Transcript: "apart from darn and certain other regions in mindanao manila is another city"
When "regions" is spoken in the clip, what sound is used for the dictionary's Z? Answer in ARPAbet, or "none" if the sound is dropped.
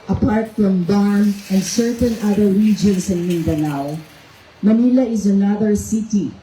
S